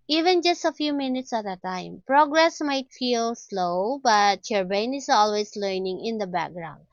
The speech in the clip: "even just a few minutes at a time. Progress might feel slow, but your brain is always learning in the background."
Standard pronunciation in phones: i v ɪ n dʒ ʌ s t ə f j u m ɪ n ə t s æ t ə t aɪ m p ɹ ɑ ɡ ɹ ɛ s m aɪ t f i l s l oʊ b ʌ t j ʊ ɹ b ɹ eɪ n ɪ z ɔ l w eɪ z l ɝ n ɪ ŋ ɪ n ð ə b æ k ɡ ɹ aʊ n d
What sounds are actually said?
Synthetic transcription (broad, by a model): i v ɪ n dʒ ʌ s t ə f j u m ɪ n ə t s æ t ə t aɪ m p ɹ ɑ ɡ ɹ ɛ s m aɪ t f i l s l oʊ b ʌ t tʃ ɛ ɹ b eɪ n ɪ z ɔ l w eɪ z l ɝ n ɪ ŋ ɪ n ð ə b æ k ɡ ɹ aʊ n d